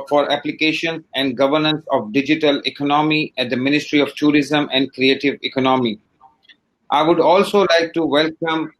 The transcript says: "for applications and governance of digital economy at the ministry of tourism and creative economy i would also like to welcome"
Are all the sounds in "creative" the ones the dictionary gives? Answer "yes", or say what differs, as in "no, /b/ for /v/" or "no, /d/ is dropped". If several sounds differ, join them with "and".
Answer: yes